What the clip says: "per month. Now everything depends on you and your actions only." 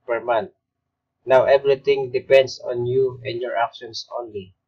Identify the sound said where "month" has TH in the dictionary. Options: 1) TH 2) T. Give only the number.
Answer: 2